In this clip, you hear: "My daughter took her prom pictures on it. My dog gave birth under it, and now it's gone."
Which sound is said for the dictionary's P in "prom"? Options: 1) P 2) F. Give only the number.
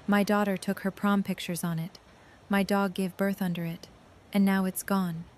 1